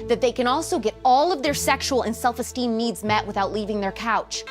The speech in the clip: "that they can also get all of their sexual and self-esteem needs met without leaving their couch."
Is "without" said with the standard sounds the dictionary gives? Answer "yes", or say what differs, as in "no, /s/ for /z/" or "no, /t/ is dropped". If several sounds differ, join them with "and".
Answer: yes